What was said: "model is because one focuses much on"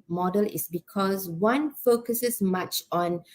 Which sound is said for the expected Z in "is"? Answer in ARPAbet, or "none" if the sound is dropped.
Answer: S